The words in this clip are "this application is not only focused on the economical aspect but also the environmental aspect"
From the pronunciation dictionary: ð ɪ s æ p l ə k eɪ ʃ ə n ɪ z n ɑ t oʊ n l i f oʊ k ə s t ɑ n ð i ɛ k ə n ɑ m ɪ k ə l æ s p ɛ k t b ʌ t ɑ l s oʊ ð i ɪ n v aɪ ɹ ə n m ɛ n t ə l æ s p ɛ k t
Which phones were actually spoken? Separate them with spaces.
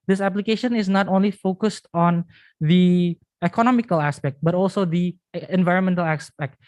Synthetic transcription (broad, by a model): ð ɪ s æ p l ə k eɪ ʃ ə n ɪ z n ɑ t oʊ n l i f oʊ k ə s t ɑ n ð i ɛ k ə n ɑ m ɪ k ə l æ s p ɛ k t b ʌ t ɑ l s oʊ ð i ɪ n v aɪ ɹ ə n m ɛ n t ə l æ s p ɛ k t